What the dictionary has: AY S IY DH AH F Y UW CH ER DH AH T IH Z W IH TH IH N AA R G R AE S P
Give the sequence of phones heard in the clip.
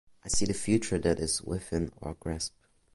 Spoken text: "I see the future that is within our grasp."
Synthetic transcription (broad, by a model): AY S IY DH AH F Y UW CH ER DH AH T IH Z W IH F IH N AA R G R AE S P